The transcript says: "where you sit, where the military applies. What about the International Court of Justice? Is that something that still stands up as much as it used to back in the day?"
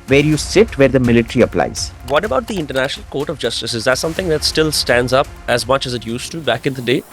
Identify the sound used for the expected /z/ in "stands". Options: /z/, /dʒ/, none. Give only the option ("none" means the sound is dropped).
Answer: /z/